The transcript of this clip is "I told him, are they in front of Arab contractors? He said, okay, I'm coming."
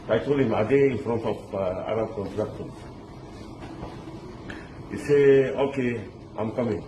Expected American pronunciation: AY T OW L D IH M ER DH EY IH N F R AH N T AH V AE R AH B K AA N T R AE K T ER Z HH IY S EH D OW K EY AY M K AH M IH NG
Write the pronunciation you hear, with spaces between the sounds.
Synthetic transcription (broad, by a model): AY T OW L IH M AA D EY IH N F R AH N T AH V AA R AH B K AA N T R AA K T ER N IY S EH OW K EY AY M K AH M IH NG